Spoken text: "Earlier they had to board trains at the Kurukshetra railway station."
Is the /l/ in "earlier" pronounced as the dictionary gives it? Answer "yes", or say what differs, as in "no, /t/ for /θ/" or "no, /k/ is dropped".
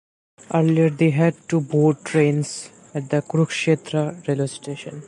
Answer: yes